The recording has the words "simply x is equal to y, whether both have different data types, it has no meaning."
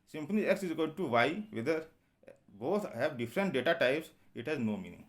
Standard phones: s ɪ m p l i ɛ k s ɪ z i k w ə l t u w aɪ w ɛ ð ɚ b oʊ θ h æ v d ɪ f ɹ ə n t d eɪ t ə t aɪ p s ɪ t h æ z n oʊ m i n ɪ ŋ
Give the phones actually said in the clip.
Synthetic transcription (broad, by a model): s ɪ m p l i ɛ k s ɪ z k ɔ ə n t u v aɪ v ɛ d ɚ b oʊ t h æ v d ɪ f ɹ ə n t d eɪ t ə t aɪ p s ɪ t h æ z n oʊ m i n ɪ ŋ